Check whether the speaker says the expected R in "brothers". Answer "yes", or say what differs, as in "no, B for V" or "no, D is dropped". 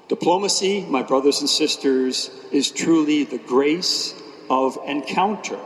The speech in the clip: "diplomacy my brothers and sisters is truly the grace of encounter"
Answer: yes